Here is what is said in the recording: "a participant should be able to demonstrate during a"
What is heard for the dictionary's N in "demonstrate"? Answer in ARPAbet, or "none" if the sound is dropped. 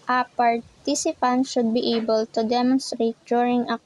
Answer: N